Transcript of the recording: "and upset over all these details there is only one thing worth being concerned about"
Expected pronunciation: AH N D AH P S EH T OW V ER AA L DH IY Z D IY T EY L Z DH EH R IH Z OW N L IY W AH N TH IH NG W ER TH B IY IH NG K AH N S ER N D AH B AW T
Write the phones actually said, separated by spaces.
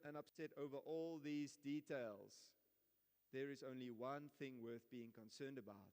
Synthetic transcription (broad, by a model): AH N AH P S EH T OW V ER AA L DH IY Z D IY T EY L Z DH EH R IH Z OW N L IY W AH N TH IH NG W ER TH B IY IH NG K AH N S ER N D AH B AW T